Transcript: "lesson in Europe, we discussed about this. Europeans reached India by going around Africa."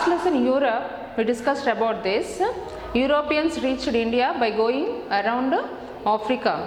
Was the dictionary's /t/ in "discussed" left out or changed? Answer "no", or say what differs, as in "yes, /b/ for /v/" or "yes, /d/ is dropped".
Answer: no